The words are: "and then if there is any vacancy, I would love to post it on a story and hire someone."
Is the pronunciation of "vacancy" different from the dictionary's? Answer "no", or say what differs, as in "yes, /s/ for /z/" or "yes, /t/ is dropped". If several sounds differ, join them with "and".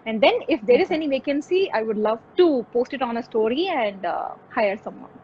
no